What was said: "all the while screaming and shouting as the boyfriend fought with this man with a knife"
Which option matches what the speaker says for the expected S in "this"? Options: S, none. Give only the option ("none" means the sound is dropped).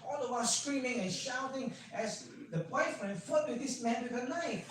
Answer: S